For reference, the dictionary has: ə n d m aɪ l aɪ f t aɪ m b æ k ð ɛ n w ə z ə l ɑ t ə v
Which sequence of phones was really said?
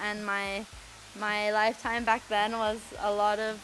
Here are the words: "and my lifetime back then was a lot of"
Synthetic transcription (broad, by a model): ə n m m aɪ l aɪ f t aɪ m b æ k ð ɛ n w ə z ə l ɑ t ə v